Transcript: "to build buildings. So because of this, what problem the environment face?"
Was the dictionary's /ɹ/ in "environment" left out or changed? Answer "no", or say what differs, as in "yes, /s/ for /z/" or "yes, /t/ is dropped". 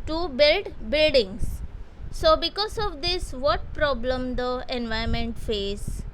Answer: yes, /ɹ/ is dropped